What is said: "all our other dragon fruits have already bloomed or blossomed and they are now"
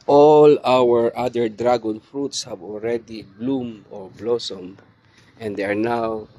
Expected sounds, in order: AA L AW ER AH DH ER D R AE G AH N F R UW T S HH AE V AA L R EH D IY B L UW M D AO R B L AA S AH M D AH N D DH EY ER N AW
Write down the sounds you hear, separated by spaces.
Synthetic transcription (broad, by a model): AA L AW ER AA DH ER D R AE G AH N F R UW T S HH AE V AA L R EH D IY B L UW M AO R B L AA S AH M AH N D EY ER N AW